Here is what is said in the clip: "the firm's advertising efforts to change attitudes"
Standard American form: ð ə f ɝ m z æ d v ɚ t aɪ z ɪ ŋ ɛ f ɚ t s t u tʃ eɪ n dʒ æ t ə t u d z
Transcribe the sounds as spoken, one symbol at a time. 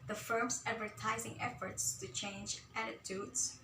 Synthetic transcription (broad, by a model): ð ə f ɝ m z æ d v ɚ t aɪ z ɪ ŋ ɛ f ɚ t s t u tʃ eɪ n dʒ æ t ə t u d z